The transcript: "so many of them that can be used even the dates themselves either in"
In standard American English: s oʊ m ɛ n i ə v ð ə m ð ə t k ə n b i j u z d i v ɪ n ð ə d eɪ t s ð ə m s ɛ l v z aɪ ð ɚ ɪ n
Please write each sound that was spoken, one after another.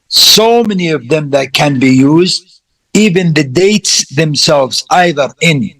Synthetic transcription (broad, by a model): s oʊ m ɛ n i ə v ð ə m ð ə t k ə n b i j u z d i v ɪ n ð ə d eɪ t s ð ə m s ɛ l v z aɪ ð ɚ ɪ n